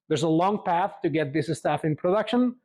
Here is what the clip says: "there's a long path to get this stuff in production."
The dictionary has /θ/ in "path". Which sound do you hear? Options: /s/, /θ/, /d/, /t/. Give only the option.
/θ/